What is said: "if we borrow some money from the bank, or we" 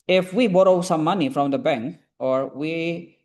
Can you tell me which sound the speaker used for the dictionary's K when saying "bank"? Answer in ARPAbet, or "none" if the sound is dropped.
K